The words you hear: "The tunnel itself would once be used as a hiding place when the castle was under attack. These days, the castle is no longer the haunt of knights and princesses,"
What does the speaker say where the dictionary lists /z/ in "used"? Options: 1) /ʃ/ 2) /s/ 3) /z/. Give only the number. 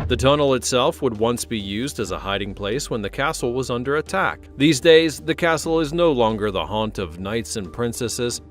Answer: 3